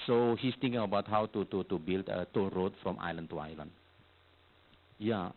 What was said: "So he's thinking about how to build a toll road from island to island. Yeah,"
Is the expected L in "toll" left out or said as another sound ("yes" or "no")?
yes